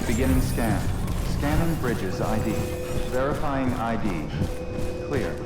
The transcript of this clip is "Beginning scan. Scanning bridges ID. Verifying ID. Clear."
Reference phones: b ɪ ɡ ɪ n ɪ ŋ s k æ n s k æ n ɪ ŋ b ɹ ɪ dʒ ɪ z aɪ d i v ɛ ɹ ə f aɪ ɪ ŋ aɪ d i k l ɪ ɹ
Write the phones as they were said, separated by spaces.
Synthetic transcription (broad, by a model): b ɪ ɡ ɪ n ɪ ŋ s k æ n s k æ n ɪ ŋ b ɹ ɪ dʒ ɪ z aɪ d i v ɛ ɹ ə f aɪ ɪ ŋ aɪ d i k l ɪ ɹ